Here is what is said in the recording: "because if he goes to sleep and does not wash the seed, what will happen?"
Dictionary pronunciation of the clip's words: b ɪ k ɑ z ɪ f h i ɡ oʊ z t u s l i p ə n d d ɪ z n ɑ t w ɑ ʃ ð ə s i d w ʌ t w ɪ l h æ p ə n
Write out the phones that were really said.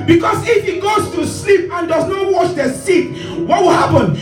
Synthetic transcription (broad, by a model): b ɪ k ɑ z ɪ f h i ɡ oʊ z t u s l i p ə n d d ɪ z n ɑ t w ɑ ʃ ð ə s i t w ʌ t w ɪ l h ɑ p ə n